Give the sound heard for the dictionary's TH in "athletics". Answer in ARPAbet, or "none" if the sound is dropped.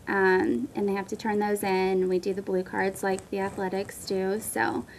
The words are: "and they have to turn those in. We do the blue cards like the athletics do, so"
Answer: TH